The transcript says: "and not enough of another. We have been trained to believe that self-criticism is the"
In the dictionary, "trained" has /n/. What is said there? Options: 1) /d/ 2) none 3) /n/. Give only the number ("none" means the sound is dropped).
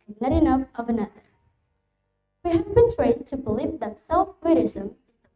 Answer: 2